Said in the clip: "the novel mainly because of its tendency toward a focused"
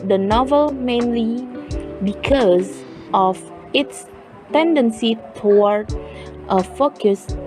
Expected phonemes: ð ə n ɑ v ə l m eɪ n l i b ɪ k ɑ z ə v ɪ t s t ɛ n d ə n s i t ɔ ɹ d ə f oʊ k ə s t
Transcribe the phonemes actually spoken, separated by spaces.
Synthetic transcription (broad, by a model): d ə n ɑ v ə l m eɪ n l i b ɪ k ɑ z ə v ɪ t s t ɛ n d ə n s i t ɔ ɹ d ə f oʊ k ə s